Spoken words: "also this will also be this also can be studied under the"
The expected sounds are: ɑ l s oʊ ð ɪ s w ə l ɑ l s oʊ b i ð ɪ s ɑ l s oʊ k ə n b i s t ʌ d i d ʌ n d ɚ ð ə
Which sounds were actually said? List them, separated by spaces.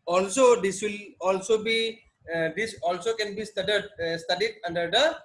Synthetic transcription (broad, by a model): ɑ l s oʊ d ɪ s w ə l ɑ l s oʊ b i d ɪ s ɑ l s oʊ k ə n b i s t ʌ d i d ʌ n d ɚ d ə